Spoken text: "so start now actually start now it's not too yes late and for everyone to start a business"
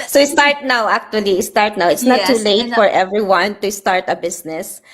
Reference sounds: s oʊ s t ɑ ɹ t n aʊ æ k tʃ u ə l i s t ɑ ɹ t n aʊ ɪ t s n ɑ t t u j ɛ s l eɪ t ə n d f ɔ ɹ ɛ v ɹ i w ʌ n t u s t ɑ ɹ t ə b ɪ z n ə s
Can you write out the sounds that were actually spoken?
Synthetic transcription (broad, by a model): s oʊ s t ɑ ɹ t n aʊ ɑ k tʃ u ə l i s t ɑ ɹ t n aʊ ɪ t s n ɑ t t u l eɪ ə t f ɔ ɹ ɛ v ɹ i w ʌ n t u s t ɑ ɹ t ə b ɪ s n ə s